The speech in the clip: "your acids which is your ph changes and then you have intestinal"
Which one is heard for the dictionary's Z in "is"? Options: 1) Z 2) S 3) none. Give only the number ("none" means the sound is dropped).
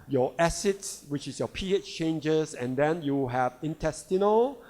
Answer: 2